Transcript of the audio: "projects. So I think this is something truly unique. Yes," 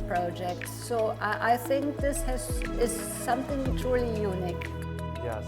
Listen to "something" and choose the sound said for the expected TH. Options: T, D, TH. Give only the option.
TH